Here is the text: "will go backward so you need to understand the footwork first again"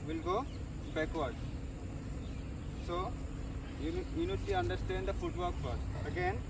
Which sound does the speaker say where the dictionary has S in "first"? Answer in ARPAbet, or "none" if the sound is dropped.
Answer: none